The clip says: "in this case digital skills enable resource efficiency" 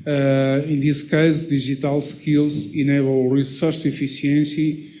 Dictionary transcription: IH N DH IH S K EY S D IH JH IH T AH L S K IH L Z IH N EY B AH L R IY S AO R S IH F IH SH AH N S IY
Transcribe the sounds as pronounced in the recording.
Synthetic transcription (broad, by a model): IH N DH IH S K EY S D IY ZH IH T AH L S K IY L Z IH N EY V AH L R IY S AO R S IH F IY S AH N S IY